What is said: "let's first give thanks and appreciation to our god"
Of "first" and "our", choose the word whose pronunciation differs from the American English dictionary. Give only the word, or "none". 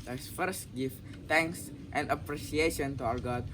our